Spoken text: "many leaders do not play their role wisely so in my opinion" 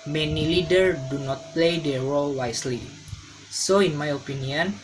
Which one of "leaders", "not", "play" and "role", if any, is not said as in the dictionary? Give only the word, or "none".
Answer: leaders